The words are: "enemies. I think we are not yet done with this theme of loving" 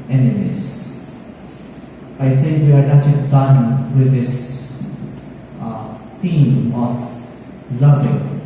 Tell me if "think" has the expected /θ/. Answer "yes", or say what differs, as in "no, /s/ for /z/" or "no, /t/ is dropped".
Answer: no, /s/ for /θ/